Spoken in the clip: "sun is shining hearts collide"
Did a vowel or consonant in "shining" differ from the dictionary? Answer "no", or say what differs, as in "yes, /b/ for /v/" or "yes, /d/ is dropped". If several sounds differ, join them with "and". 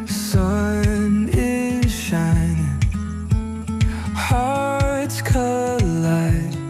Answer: yes, /n/ is dropped